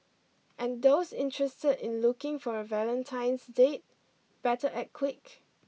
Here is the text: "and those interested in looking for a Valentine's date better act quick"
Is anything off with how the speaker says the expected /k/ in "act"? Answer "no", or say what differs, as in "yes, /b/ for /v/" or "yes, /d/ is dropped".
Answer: yes, /k/ is dropped